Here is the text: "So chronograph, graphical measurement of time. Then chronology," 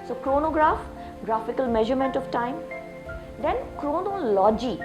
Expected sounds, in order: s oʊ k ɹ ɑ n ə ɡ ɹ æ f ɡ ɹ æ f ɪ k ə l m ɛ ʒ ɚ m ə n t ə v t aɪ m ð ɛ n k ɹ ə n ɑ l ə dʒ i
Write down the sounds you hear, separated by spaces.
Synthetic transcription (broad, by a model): s oʊ k ɹ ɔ n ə ɡ ɹ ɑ f ɡ ɹ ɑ f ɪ k ə l m ɛ ʒ ɚ m ə n t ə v t aɪ m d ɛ n k ɹ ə n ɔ l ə dʒ i